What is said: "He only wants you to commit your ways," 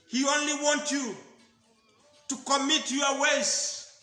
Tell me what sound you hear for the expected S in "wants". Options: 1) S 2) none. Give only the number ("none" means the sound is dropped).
2